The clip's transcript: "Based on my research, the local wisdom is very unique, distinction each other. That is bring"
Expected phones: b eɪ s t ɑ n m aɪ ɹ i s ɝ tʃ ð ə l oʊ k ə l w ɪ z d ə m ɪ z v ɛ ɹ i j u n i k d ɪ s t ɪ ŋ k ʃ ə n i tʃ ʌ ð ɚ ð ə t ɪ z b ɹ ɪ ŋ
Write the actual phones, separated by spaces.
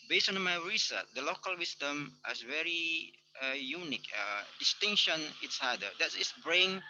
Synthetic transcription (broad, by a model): b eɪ s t ɑ n m aɪ ɹ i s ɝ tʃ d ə l oʊ k ə l w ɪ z d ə m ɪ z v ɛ ɹ i j u n i k d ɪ s t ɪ ŋ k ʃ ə n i s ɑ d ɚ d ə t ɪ s b ɹ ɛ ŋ